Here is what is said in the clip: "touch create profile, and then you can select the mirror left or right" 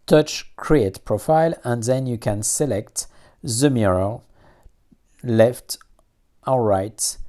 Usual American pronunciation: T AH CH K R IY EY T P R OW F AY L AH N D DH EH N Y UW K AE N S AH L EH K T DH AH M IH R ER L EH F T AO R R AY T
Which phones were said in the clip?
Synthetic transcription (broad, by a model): T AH CH K R IY EY T P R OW F AY L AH N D DH EH N Y UW K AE N S AH L EH K T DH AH M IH R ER L EH F T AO L R AY T